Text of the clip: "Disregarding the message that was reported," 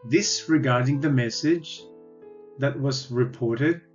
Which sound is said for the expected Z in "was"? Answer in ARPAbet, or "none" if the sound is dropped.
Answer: Z